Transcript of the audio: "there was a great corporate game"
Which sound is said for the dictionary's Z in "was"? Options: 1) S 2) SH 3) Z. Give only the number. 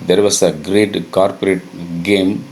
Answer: 1